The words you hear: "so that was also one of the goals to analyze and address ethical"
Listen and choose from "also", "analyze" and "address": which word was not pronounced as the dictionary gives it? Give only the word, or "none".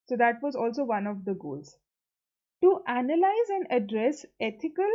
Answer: none